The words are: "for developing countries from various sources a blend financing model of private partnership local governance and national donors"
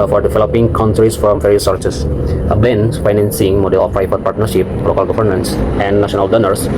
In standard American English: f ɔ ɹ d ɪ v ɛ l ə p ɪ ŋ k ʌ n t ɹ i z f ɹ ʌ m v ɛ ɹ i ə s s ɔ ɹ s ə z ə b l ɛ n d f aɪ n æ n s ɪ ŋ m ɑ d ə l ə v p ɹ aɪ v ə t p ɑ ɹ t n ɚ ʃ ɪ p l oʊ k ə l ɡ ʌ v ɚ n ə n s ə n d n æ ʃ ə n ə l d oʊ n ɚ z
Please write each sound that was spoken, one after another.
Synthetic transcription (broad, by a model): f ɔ ɹ d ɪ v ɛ l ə p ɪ ŋ k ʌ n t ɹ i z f ɹ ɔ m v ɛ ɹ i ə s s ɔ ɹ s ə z ə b ɛ n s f aɪ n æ n s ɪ ŋ m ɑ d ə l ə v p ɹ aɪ p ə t p ɑ ɹ t n ɚ ʃ ɪ p l oʊ k ə l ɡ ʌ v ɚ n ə n s ə n d n æ ʃ ə n ə l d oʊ n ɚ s